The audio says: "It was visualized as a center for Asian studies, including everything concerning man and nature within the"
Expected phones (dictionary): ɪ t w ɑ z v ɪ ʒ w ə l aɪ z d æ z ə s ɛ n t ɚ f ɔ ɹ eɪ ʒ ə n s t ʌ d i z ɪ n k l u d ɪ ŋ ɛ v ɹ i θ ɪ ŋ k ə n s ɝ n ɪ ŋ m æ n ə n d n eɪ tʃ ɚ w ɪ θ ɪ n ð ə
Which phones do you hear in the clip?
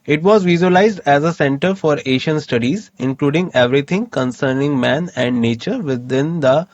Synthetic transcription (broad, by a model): ɪ t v ɑ z v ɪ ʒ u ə l aɪ z d æ z ə s ɛ n t ɚ f ɔ ɹ eɪ ʃ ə n s t ʌ d i z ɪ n k l u d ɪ ŋ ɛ v ɹ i t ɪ ŋ k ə n s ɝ n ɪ ŋ m æ n ə n d n eɪ tʃ ɚ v ɪ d ɪ n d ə